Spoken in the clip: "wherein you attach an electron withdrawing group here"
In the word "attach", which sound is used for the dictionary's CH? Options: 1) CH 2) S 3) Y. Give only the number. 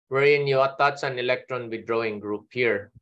2